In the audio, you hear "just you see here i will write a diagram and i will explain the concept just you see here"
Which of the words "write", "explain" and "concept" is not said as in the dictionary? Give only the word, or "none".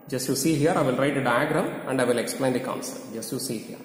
concept